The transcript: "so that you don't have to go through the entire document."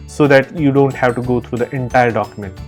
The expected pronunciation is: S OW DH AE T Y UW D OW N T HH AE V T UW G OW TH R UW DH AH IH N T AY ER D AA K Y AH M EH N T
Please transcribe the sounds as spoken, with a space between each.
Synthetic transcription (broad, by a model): S OW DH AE T Y UW D OW N T HH AE V T UW G OW T R UW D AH IH N T AY ER D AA K Y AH M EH N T